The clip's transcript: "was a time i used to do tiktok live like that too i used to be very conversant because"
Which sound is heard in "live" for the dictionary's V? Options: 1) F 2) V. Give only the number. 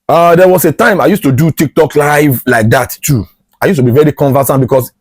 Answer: 2